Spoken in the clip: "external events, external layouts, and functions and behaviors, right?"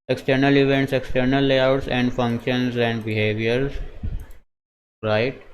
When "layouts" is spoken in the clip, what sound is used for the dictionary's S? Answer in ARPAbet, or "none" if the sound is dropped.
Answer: S